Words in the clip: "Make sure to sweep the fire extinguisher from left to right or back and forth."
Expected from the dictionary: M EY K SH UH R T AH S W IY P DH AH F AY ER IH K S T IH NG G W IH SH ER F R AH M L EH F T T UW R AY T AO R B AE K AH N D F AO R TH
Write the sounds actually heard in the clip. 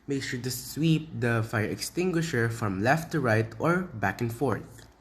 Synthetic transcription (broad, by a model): M EY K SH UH R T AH S W IY P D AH F AY ER IH K S T IH NG G W IH SH ER F R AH M L EH F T T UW R AY T AO R B AE K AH N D F AO R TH